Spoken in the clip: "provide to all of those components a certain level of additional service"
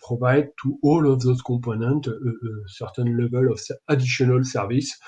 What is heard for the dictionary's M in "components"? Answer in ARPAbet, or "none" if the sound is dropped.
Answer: none